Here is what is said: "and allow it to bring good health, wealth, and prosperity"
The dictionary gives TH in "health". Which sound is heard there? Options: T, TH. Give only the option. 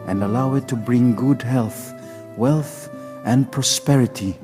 TH